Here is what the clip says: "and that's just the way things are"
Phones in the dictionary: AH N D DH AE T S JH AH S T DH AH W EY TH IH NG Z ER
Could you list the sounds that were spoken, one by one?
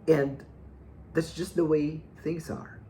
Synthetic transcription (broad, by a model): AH N DH AE T S JH AH S T DH AH W EY TH IH NG Z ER